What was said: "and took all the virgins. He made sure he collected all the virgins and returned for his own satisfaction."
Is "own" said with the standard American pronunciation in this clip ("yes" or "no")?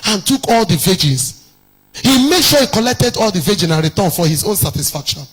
yes